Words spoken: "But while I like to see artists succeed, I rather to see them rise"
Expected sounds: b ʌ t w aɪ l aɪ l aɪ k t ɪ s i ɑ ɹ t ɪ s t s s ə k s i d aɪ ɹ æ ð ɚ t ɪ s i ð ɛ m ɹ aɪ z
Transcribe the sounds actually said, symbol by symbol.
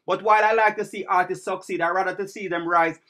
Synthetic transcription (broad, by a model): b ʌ t w aɪ l aɪ l aɪ k t ɪ s i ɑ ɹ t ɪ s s s ə k s i d aɪ ɹ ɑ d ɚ t ɪ s i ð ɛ m ɹ aɪ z